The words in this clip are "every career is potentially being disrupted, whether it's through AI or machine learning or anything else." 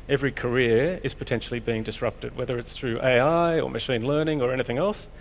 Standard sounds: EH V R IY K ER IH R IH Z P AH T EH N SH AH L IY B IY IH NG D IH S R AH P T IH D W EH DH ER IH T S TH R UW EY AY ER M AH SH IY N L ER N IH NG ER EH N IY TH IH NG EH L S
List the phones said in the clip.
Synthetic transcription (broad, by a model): EH V R IY K ER IH R IH Z P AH T EH N SH L IY B IY IH NG D IH S R AH P T IH D W EH DH ER IH T S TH R UW EY AY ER M AH SH IY N L ER N IH NG ER EH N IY TH IH NG EH L S